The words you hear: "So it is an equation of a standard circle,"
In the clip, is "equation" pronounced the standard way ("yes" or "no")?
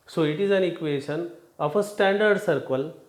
no